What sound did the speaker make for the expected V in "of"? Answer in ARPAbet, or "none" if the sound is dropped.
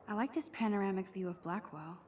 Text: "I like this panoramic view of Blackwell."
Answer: V